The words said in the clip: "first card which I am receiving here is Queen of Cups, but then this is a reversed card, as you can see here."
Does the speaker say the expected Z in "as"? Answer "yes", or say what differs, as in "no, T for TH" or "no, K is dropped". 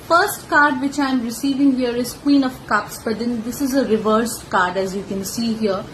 yes